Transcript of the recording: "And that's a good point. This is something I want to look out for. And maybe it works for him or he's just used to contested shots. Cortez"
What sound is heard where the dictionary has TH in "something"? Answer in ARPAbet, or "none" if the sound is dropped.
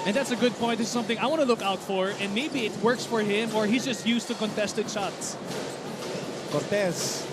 TH